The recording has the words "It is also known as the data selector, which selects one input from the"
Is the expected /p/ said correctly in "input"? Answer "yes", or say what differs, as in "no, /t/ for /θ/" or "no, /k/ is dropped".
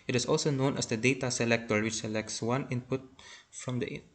yes